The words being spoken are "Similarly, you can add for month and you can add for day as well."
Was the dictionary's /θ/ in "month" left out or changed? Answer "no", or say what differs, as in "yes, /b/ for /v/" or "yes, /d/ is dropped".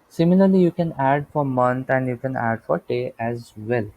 yes, /t/ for /θ/